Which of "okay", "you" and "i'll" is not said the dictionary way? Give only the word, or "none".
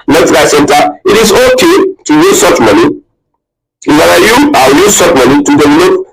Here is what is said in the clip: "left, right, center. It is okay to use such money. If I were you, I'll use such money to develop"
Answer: i'll